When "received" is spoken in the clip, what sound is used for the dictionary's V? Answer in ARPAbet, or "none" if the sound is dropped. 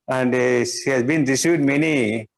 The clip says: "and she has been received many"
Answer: none